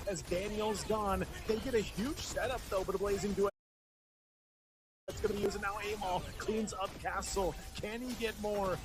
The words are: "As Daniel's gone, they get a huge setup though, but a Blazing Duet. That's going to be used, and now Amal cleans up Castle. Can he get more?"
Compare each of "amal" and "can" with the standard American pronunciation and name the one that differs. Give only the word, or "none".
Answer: none